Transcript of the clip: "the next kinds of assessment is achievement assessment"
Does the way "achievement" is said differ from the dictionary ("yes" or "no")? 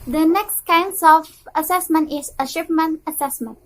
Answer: yes